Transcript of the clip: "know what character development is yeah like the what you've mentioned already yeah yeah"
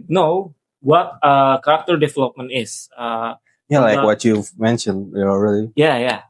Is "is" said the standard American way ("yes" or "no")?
no